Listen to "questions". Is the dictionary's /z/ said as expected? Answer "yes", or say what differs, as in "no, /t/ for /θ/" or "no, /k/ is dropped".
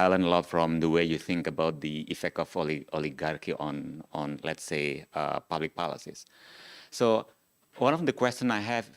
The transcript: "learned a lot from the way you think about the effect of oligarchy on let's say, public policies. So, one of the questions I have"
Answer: no, /z/ is dropped